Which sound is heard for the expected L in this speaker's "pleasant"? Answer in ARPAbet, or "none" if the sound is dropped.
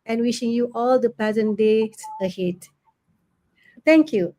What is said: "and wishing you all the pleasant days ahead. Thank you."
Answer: none